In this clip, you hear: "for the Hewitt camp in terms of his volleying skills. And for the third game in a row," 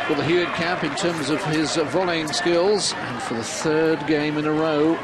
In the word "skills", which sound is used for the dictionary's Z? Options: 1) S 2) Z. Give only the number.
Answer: 2